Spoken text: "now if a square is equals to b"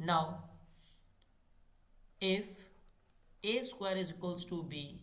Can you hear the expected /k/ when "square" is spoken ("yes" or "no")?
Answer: no